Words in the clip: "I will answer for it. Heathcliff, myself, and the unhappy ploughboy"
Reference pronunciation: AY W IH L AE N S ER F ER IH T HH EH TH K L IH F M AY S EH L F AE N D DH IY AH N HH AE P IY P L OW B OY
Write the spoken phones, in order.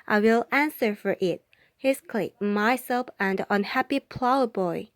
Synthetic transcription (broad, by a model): AY W IH L AE N S ER F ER IH T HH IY S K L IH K M AY S EH L F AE N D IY AH N HH AE P IY P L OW B OY